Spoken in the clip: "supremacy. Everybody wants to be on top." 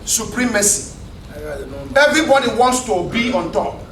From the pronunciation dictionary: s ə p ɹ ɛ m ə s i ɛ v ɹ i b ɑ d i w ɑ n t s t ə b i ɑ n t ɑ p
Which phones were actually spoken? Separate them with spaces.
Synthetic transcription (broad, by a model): s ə p ɹ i m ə s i ɛ v ɹ i b ɑ d i w ɑ n t s t ə b i ɑ n t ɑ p